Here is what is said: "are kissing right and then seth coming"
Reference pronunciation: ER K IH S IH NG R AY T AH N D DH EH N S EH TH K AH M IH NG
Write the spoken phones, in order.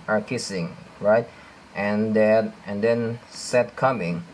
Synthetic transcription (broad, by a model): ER K IH S IH NG R AY T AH N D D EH N S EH T K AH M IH NG